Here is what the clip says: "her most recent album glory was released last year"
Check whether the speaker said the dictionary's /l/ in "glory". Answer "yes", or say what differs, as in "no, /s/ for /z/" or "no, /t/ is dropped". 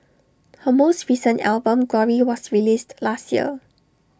no, /l/ is dropped